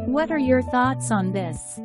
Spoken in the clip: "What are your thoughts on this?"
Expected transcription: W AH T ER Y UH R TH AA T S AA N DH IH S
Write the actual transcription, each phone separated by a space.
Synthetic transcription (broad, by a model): W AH T ER Y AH R TH AA T S N DH IH S